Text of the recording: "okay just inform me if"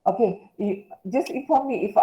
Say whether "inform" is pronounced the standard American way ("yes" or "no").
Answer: no